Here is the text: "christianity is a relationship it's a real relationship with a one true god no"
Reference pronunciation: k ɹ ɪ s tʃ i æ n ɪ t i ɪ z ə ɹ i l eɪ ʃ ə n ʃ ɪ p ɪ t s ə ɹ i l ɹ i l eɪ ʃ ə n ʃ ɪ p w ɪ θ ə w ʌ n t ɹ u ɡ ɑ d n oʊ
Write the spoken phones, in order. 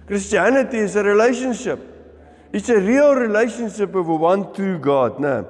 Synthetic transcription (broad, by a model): k ɹ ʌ s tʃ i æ n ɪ t i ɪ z ə ɹ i l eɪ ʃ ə n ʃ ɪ p ɪ t s ə ɹ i l ɹ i l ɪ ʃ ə n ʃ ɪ p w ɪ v ə w ʌ n t u ɡ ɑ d n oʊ